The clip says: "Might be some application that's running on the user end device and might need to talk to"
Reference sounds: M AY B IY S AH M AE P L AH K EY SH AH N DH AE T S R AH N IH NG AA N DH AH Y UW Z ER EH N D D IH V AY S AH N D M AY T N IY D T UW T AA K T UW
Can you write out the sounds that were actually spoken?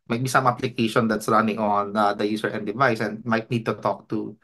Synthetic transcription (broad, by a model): M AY B IY S AH M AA P L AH K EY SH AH N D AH T S R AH N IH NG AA N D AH Y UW S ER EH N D D IH V AY S AH N D M AY T N IY D T UW T AA K T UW